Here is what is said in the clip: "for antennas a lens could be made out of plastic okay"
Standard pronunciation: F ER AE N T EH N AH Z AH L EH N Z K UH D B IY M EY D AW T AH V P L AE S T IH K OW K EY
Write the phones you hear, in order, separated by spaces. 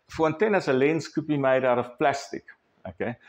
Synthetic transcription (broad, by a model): F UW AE N T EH N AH S AH L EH N S K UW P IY M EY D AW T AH F P L AE S T IH K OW K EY